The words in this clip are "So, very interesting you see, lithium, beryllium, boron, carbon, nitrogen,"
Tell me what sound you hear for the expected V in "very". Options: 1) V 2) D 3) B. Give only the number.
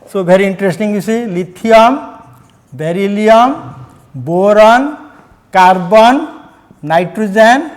3